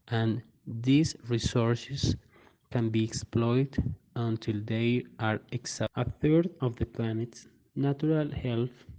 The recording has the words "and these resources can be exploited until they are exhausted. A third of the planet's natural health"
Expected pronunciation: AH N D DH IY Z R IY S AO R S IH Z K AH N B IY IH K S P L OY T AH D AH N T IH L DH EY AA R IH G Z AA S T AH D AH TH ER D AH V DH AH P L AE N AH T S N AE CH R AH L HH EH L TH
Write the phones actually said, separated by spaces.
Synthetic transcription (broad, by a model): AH N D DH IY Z R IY S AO R S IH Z K AH N B IY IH K S P L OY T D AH N T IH L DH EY AA R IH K S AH AH TH ER D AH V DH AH P L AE N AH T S N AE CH R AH L HH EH L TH